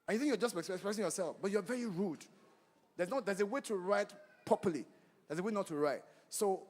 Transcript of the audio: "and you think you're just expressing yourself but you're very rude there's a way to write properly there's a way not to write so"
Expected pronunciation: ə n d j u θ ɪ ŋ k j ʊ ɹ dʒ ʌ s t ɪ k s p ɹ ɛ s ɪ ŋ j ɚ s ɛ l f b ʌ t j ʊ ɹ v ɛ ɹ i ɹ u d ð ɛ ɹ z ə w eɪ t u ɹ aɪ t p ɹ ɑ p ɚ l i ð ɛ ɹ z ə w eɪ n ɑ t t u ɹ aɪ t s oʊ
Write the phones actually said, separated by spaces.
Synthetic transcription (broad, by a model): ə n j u θ ɪ ŋ k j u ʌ dʒ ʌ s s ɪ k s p ɹ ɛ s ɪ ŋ j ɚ s ɛ l f b ʌ t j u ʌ v ɛ ɹ i ɹ u d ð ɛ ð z ə w eɪ t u ɹ aɪ t p ɑ p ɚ l i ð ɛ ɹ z ə w eɪ n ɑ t t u ɹ aɪ t s oʊ